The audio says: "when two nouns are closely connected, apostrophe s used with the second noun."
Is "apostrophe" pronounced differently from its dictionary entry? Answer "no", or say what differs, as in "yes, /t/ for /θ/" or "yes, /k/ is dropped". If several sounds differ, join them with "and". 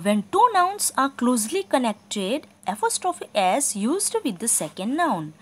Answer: yes, /f/ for /p/